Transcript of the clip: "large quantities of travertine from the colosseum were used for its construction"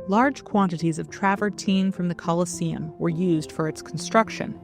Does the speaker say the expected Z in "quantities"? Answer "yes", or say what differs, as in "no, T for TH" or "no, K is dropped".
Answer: yes